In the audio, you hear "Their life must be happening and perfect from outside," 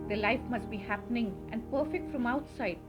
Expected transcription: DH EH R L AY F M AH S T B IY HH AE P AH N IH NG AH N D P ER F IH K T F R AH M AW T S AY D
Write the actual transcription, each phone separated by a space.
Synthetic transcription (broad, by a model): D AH L AY F M AH S T B IY HH AE P AH N IH NG AH N D P ER F IH K T F R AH M AW T S AY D